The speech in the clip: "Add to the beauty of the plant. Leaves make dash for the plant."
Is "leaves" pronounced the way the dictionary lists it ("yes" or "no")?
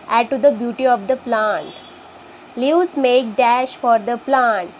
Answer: no